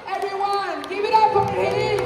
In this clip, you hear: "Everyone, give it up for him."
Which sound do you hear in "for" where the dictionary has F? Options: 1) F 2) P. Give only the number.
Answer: 2